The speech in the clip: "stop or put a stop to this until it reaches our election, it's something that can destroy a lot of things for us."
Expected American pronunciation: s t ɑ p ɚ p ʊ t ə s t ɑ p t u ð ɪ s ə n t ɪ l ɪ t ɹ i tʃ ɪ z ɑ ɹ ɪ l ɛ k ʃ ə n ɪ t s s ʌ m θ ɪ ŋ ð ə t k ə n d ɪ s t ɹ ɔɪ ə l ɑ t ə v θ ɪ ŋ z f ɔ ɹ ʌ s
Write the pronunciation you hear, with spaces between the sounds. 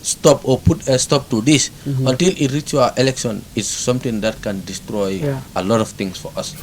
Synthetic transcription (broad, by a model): s t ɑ p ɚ p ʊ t ə s t ɑ p t u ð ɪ s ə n t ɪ l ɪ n ɹ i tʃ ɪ ɑ ɪ l ɛ k ʃ ə n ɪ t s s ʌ m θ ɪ ŋ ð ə t k ə n d ɪ s t ɹ ɔɪ ə l ɑ t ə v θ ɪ ŋ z f ɔ ɹ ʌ s